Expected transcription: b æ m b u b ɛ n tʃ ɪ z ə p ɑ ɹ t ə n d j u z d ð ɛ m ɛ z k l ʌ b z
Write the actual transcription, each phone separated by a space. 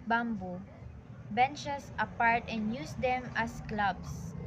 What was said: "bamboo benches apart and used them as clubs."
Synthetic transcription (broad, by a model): b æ m b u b ɛ n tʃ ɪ s ə p ɑ ɹ t ə n d j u s d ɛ m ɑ s k l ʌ b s